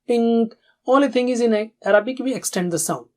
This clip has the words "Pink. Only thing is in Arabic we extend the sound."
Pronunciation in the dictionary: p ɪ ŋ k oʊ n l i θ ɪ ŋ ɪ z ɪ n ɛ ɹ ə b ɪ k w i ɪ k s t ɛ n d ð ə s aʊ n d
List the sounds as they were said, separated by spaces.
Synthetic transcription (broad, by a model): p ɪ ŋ k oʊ l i t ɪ ŋ ɪ z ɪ n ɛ ɹ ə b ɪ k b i ɪ k s t ɛ n d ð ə s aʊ n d